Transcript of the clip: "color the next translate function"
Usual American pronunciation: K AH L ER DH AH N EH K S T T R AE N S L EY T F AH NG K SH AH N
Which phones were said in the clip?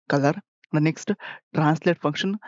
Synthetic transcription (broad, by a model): K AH L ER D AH N EH K S T T R AE N S L EY T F AH NG K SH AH N